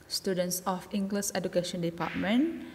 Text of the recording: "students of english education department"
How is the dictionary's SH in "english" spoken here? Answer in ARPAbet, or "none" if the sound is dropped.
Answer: S